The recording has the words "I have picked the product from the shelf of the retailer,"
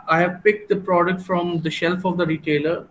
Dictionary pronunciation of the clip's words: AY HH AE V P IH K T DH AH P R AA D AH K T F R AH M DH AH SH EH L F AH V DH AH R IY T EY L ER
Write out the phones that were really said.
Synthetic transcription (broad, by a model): AY HH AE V P IH K T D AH P R AA D AH K T F R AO M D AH SH EH L F AH V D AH R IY T EY L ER